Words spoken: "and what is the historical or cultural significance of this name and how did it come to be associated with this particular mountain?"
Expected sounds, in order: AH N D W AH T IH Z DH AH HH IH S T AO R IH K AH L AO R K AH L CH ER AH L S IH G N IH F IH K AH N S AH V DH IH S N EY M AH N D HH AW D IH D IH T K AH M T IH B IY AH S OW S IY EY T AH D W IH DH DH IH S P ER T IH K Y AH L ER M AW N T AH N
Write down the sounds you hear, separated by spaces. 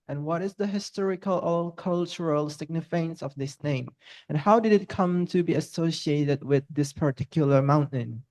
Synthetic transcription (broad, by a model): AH N W AH T IH Z DH AH HH IH S T AO R IH K AH L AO L K AH L CH ER AH L S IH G N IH F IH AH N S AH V DH IH S N EY M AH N HH AW D IH D IH T K AH M T IH B IY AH S OW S IY EY T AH D W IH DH DH IH S P ER T IH K Y AH L ER M AW N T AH N